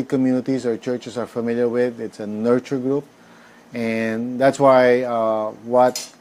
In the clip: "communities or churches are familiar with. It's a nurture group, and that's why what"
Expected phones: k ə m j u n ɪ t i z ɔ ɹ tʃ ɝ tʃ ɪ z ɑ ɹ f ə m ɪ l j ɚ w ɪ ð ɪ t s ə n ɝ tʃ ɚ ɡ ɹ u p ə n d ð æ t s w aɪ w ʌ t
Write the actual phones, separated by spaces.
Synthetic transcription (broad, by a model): k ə m j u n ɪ t i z ɔ ɹ tʃ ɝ tʃ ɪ s ɑ ɹ f ə m ɪ l j ɚ w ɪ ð ɪ t s ə n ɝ tʃ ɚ ɡ ɹ u p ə n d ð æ t s w aɪ w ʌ t